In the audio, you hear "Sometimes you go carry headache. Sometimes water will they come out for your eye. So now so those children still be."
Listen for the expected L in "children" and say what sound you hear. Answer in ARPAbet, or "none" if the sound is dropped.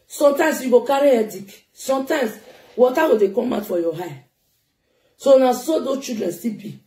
none